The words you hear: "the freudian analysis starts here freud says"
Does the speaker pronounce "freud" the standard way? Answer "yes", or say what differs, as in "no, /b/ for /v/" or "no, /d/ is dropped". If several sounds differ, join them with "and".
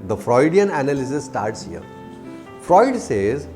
yes